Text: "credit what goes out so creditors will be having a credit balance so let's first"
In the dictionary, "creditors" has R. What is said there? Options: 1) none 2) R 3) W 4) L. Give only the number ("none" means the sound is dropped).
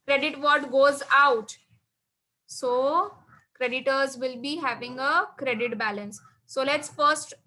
2